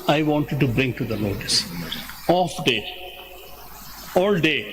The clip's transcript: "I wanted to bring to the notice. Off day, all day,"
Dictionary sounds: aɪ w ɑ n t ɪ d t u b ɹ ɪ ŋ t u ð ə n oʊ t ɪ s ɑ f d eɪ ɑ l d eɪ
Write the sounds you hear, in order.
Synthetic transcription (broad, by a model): aɪ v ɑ n t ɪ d t u b ɹ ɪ ŋ t u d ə l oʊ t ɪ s ɑ f d eɪ ɑ l d eɪ